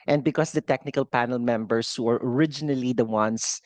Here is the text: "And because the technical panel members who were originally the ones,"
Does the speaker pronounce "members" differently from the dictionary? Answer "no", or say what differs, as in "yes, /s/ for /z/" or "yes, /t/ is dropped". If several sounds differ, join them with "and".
yes, /s/ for /z/